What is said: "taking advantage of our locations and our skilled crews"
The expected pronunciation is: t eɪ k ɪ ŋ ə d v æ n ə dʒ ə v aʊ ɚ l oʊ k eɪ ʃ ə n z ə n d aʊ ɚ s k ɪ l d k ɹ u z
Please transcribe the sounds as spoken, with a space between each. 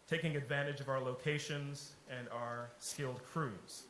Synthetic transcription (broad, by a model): t eɪ k ɪ ŋ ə d v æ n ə dʒ ə v aʊ ɚ l oʊ k eɪ ʃ ə n z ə n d aʊ ɚ s k ɪ l d k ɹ u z